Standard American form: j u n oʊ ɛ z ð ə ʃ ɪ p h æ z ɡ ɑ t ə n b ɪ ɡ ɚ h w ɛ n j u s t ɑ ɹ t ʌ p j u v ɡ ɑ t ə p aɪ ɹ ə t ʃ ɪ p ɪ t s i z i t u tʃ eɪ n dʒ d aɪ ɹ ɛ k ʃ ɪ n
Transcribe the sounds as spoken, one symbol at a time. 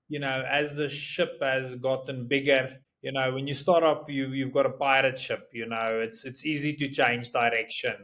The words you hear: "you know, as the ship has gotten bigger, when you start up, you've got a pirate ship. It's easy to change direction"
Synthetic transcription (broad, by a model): j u n oʊ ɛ z ð ə ʃ ɪ p h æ z ɡ ɑ t ə n b ɪ ɡ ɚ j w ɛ n j u s t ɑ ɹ t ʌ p j u v ɡ ɑ t ə p aɪ ɹ ə t ʃ ɪ p ɪ t s i z i t u tʃ eɪ n dʒ d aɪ ɹ ɛ k ʃ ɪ n